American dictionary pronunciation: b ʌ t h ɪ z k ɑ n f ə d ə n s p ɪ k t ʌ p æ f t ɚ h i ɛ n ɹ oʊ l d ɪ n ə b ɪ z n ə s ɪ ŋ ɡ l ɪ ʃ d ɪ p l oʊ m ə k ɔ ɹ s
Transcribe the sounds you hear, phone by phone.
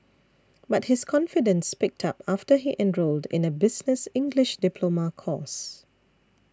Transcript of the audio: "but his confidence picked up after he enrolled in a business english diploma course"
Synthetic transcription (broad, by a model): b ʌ t h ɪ s k ɑ n f ə d ə n s p ɪ k t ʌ p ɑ f t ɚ h i ɛ n ɹ oʊ l d ɪ n ə b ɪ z n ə s ɪ ŋ ɡ l ɪ ʃ d ɪ p l oʊ m ə k ɔ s